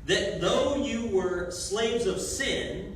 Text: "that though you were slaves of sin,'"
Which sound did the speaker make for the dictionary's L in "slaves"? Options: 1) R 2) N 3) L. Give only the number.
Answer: 3